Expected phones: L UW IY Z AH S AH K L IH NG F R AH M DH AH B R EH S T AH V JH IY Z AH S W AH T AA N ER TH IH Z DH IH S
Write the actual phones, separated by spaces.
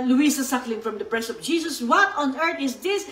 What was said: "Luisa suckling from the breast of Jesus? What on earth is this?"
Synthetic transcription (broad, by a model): L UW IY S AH S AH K L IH NG F R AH M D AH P R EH S AH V JH IY S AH S W AH T AA N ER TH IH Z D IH S